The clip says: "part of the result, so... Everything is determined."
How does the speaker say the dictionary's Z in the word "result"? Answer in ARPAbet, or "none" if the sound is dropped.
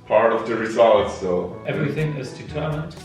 S